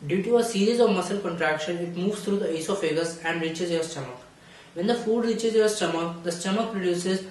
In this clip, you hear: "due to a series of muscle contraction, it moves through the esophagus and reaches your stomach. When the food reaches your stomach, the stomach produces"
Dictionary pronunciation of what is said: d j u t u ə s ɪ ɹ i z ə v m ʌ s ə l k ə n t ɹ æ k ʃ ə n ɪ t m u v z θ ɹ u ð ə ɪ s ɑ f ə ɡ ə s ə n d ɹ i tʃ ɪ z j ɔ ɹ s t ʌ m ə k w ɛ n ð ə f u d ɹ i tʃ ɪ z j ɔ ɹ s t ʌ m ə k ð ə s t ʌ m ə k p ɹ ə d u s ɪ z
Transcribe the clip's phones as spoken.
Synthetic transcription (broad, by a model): d j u t u ə s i ɹ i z ə v m ʌ s ə l k ə n t ɹ æ k ʃ ə n ɪ t m u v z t ɹ u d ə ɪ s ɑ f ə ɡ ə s ə n d ɹ i tʃ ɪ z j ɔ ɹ s t ʌ m ə k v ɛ n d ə f u d ɹ i tʃ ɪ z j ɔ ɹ s t ʌ m ə k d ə s t ʌ m ə k p ɹ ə d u s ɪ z